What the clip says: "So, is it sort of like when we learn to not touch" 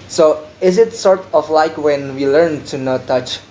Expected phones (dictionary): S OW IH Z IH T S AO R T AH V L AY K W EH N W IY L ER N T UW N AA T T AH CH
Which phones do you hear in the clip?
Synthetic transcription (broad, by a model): S OW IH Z IH T S AO R T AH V L AY K W EH N W IY L ER N T UW N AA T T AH CH